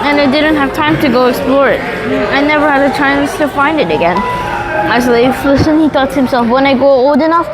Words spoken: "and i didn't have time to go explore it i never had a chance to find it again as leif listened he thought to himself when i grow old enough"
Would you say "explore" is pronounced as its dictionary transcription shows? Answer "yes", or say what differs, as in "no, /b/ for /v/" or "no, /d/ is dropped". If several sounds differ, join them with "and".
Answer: yes